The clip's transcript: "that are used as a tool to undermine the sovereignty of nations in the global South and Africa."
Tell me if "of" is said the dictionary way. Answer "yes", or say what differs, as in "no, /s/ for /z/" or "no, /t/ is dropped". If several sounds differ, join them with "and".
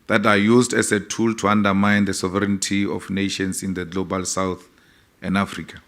no, /f/ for /v/